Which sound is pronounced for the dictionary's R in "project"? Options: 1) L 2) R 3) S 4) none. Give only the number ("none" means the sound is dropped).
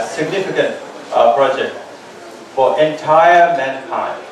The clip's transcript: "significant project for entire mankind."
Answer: 2